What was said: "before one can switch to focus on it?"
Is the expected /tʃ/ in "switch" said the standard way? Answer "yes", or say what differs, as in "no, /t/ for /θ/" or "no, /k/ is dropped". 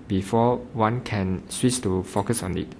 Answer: no, /s/ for /tʃ/